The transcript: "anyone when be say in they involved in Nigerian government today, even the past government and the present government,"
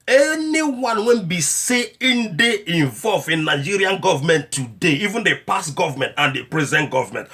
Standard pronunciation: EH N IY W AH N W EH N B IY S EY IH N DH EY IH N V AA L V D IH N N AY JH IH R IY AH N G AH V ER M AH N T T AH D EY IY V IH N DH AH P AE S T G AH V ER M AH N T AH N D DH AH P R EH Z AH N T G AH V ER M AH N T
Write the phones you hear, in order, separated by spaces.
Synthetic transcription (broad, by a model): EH N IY W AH N W EH N B IY S EY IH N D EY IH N V AA L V IH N N AY JH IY R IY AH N G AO V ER M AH N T T AH D EY IY V IH N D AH P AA S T G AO V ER M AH N T AH N D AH P R EH Z AH N T G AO V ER M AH N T